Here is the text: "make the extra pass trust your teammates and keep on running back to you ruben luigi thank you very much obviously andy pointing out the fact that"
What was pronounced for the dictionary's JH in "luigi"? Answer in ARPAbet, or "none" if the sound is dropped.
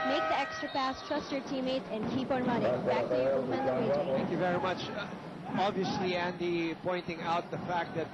none